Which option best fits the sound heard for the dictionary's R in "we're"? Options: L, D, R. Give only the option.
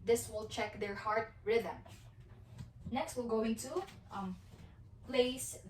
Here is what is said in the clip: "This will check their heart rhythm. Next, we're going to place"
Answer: L